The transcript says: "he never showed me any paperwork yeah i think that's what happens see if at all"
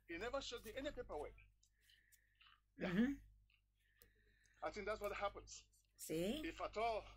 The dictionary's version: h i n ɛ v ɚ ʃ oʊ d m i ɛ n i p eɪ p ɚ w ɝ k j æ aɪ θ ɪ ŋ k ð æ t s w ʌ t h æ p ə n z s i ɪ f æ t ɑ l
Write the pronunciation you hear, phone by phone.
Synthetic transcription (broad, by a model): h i n ɛ v ɚ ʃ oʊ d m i ɛ n i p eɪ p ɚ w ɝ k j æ aɪ θ ɪ ŋ k ð æ t s w ʌ t h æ p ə n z s i ɪ f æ t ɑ l